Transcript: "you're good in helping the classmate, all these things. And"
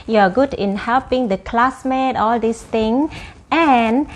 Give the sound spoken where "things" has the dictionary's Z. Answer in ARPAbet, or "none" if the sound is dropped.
none